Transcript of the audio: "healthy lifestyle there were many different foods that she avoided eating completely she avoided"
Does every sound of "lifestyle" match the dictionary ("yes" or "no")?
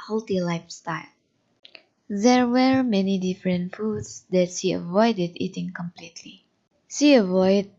yes